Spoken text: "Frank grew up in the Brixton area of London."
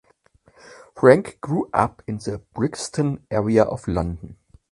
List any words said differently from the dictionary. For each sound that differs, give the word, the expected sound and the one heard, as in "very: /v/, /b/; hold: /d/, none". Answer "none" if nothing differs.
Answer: of: /v/, /f/